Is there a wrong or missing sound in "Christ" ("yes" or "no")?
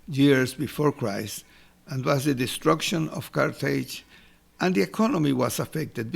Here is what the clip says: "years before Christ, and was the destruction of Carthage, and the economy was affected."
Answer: yes